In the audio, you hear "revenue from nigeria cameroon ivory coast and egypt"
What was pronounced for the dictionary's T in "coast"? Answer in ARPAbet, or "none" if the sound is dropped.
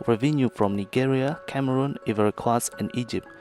none